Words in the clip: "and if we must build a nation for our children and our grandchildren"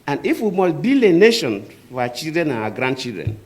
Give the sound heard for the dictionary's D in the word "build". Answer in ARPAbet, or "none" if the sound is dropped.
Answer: none